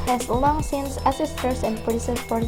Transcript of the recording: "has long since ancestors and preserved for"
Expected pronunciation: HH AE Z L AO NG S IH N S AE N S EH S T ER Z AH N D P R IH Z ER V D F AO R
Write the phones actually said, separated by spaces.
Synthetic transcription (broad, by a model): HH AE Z L AO NG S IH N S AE S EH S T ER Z AH N D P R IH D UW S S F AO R